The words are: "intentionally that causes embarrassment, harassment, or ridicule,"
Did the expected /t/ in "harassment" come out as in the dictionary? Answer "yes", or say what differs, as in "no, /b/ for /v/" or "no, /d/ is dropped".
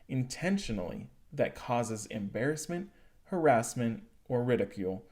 yes